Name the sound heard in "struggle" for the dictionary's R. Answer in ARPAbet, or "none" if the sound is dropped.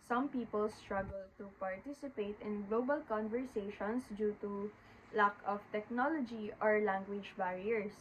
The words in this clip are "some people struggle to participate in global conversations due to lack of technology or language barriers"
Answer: R